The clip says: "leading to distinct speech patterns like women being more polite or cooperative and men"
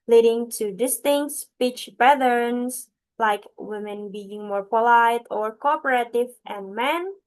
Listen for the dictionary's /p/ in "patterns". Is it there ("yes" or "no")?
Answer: no